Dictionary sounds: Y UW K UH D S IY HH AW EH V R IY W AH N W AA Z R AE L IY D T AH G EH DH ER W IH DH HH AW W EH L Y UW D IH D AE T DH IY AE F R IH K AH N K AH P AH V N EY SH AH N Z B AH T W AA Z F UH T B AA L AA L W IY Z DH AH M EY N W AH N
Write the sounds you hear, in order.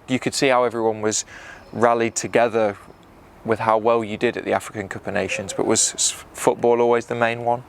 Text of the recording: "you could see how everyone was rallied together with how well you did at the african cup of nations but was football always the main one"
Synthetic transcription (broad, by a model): Y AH K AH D S IY HH AW EH V R IY W AH N W AA Z R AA L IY D T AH G EH DH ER W IH DH HH AW W EH L Y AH D IH D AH T DH IY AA F R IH K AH N K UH P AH N EY SH AH N Z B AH T W AA Z F UH T B AA L AA L W IY Z DH AH M EY N W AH N